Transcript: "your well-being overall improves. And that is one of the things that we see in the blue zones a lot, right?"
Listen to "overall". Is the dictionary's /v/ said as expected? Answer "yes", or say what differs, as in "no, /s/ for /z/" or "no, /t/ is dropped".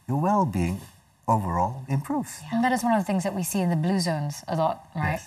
yes